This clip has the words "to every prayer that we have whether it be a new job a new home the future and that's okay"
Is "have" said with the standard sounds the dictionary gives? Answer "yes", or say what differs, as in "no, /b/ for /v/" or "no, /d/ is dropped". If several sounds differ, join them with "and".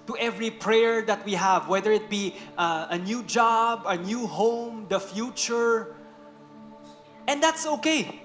yes